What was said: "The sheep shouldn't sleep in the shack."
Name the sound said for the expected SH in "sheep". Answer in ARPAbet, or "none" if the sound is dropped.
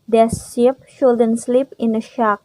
S